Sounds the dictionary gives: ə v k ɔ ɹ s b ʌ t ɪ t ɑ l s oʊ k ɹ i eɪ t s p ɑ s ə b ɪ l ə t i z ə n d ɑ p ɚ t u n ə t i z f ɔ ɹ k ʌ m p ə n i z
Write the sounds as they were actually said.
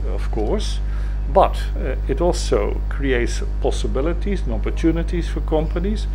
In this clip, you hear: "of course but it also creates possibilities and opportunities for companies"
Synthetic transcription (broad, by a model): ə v k ɔ ɹ s b ʌ t ɪ t ɑ l s oʊ k ɹ i eɪ t s p ɑ s ə b ɪ l ə t i z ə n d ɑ p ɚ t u n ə t i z f ɔ ɹ k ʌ m p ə n i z